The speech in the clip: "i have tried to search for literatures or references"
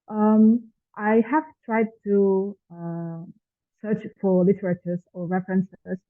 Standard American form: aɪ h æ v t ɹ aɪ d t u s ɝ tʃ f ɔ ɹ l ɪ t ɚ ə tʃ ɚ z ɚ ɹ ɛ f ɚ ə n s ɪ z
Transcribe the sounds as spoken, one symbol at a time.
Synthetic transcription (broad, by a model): aɪ h æ v t ɹ aɪ d t u s ɝ tʃ f ɔ ɹ l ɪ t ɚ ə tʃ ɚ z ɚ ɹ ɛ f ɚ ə n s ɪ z